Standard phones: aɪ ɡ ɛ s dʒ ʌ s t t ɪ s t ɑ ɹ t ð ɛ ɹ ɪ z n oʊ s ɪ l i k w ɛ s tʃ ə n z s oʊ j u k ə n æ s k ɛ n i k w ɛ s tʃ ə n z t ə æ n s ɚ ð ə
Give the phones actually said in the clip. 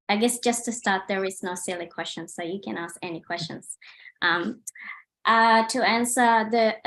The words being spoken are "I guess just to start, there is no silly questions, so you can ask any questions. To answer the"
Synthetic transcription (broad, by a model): aɪ ɡ ɛ s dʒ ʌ s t t ɪ s t ɑ ɹ t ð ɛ ɹ ɪ z n oʊ s ɪ l i k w ɛ s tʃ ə n s oʊ j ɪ k ə n æ s k ɛ n i k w ɛ s tʃ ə n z t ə æ n s ɚ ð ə